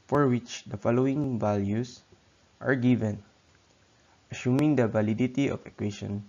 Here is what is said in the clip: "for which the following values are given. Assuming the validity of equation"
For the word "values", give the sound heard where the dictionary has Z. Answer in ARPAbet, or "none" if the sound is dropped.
S